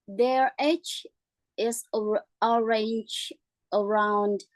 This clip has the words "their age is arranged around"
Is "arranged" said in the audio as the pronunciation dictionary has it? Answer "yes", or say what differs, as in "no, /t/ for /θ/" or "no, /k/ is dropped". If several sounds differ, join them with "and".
no, /d/ is dropped